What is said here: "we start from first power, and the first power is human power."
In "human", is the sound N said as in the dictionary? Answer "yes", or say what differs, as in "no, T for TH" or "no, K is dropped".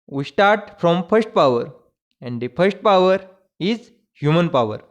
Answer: yes